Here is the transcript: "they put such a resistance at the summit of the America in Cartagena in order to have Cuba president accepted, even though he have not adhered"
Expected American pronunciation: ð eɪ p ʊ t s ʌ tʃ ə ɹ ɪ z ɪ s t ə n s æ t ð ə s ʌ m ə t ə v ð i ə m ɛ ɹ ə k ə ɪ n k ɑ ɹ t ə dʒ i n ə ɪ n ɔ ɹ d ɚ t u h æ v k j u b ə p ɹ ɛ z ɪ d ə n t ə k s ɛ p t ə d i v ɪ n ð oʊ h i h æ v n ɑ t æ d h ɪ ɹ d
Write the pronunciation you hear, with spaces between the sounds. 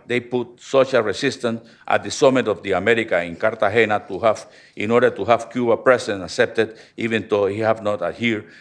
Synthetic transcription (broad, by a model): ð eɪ p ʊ t s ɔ ʃ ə ɹ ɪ s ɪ s t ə n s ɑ t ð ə s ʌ m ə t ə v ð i ə m ɛ ɹ ə k ə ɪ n k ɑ ɹ t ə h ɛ n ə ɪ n ɔ ɹ d ɚ t u h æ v k j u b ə p ɹ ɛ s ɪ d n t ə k s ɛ p t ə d i v ɪ n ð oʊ h i h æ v n ɑ t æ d h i ɹ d